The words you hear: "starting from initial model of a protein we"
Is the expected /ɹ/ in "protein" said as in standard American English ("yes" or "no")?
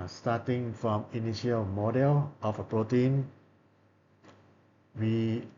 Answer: yes